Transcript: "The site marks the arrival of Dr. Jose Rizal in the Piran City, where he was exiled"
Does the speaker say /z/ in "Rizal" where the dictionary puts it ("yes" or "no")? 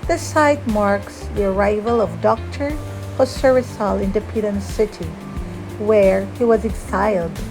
no